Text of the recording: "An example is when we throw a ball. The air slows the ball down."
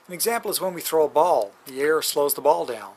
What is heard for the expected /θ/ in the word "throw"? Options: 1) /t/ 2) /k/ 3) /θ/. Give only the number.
3